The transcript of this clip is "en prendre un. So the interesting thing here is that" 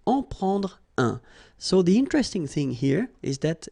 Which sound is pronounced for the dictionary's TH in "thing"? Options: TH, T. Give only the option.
TH